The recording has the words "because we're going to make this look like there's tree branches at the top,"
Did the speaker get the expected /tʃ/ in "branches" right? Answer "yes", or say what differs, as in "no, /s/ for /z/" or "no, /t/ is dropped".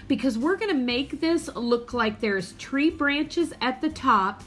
yes